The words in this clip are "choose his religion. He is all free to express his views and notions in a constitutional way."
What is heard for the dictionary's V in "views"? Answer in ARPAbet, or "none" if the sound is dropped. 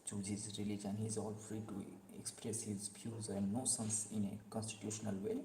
P